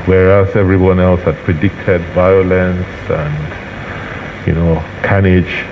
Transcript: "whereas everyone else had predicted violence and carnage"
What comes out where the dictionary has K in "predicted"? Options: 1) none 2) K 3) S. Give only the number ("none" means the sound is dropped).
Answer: 2